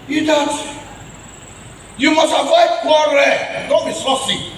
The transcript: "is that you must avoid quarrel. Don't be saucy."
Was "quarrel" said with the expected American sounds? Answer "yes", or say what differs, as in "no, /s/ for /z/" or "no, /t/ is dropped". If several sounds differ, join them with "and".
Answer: no, /n/ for /l/